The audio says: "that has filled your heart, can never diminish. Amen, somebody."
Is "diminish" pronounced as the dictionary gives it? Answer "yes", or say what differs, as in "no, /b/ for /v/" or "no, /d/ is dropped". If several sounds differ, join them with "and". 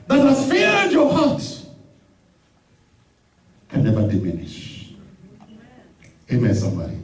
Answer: yes